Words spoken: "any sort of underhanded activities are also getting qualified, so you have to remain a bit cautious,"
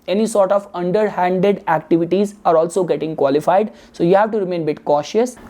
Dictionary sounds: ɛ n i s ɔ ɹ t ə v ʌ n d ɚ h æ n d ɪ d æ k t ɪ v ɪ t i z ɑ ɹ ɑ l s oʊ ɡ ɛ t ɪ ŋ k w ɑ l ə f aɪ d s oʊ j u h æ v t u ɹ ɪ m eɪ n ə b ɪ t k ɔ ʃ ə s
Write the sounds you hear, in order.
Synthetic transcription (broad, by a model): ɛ n i s ɔ ɹ t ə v ʌ n d ɚ h æ n d ɪ d æ k t ɪ v ɪ t i z ɑ ɹ ɑ l s oʊ ɡ ɛ t ɪ ŋ k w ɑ l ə f aɪ d s oʊ j u h æ v t u ɹ ɪ m eɪ n b ɪ t k ɔ ʃ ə s